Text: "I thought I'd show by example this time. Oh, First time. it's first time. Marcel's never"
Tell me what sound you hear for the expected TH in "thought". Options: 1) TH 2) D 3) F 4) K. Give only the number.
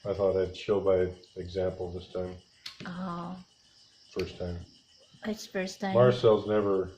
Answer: 1